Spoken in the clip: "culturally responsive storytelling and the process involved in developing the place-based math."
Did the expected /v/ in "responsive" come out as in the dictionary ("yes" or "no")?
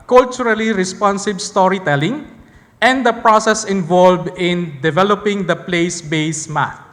no